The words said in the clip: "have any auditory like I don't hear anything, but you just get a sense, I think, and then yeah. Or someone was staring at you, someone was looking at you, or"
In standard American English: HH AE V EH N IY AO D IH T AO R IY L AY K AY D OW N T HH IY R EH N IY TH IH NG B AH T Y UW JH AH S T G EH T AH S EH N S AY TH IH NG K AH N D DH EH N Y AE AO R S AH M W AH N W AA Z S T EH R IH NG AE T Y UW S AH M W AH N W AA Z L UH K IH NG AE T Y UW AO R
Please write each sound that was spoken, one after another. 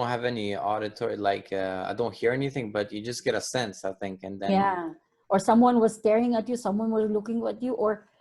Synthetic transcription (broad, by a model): HH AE V EH N IY AO D IH T AO R IY L AY K AY D OW N T HH IY R EH N IY TH IH NG B AH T Y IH JH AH S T G EH T AH S EH N S AY TH IH NG K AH N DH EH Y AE AO R S AH M W AH N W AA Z S T EH R IH NG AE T Y UW S AH M W AH N W AA Z L UH K IH NG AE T Y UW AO R